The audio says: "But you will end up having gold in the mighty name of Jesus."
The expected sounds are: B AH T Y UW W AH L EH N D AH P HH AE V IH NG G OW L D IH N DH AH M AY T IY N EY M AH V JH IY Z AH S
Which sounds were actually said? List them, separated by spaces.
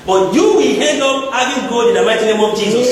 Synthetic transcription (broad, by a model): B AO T Y UW W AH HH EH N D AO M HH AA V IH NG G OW D IH N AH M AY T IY N EY M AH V JH IY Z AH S